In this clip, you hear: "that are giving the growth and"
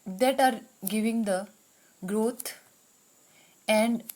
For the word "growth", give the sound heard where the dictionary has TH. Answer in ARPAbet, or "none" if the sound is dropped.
T